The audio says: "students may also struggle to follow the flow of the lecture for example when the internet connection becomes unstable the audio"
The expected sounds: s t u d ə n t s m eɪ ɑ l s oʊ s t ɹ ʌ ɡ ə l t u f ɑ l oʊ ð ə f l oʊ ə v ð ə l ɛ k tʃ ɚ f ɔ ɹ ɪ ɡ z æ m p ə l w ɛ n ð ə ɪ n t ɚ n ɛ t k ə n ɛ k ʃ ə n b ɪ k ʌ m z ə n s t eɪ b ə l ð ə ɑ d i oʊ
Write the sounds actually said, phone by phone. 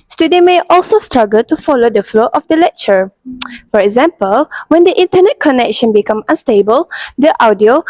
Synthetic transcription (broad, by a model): s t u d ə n m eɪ ɑ l s oʊ s t ɹ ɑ ɡ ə l t u f ɑ l oʊ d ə f l oʊ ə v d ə l ɛ k tʃ ɚ f ɔ ɹ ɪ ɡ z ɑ m p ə l w ɛ n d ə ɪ n t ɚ n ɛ t k ə n ɛ k ʃ ə n b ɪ k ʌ m ə n s t eɪ b ə l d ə ɑ d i oʊ